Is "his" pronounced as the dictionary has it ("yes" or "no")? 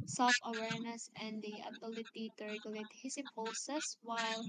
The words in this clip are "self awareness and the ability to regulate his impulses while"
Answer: no